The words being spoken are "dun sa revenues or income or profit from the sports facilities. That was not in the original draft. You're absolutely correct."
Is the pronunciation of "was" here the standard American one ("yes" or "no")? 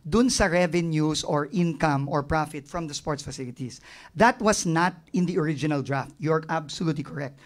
no